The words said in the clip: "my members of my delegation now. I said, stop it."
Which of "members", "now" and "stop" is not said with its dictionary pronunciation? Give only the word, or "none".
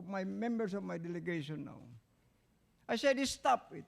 members